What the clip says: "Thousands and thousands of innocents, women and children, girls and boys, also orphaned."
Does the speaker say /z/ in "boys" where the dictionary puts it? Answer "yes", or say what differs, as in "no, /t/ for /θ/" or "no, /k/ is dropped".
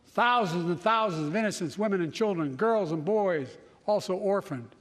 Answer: yes